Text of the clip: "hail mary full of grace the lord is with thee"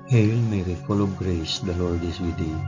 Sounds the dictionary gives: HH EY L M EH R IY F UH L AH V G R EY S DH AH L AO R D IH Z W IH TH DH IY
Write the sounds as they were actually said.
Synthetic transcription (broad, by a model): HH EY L M EH R IY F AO L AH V G R EY S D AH L AO R D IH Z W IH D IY